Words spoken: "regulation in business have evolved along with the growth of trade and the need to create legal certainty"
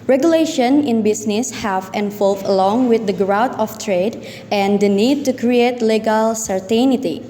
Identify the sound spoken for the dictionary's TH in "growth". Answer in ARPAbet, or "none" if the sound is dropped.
T